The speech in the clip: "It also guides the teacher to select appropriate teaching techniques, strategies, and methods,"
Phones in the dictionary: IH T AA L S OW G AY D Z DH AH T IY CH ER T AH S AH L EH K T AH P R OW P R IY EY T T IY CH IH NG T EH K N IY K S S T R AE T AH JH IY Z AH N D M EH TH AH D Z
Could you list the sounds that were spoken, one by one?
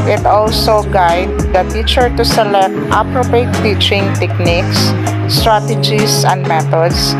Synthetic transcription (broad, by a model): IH T AA L S OW G AY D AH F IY CH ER T AH S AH L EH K T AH P R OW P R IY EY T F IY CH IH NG T EH K N IY K S S T R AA T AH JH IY S AH N D M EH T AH D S